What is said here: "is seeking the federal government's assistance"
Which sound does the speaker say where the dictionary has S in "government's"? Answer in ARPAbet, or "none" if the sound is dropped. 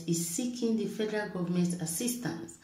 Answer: none